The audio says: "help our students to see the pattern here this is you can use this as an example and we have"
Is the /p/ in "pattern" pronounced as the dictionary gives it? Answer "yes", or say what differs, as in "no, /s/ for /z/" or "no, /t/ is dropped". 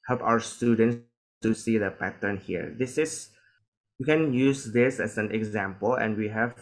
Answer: yes